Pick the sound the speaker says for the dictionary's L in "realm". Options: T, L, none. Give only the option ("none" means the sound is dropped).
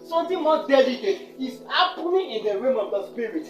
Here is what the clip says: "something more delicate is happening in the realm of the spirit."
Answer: none